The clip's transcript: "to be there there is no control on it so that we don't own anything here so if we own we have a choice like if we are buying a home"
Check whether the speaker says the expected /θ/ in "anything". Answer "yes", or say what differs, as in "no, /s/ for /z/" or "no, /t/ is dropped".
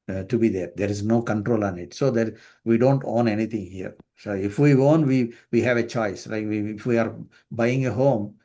no, /t/ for /θ/